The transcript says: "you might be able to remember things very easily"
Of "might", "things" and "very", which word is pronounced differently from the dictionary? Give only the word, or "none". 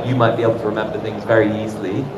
none